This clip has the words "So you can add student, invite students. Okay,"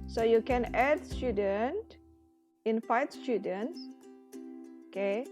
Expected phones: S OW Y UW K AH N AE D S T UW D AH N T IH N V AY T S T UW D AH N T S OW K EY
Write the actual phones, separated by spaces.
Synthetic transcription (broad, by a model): S OW Y UW K AH N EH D S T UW D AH N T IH N F AY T S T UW D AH N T S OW K EY